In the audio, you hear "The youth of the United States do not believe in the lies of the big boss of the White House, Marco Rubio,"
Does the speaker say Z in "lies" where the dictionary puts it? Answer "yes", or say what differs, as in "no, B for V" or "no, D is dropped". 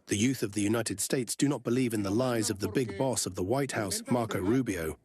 yes